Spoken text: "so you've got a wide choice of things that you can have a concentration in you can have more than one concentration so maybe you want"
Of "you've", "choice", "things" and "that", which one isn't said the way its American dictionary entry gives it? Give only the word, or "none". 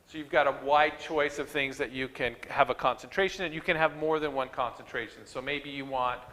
none